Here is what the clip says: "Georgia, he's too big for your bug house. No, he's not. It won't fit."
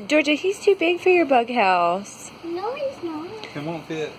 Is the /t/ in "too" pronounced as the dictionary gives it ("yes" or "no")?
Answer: yes